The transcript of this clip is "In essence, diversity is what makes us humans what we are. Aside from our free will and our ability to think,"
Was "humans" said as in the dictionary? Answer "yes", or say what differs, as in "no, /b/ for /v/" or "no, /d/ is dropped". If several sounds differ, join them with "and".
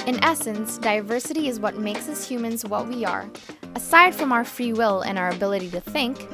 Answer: yes